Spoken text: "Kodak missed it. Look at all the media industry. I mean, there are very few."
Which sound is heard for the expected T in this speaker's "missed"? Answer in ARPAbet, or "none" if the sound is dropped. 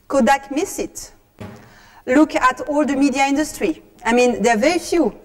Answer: none